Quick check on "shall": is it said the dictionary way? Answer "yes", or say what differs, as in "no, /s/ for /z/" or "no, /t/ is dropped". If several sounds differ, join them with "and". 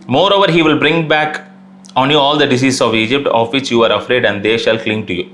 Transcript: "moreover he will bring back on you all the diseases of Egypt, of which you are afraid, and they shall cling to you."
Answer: yes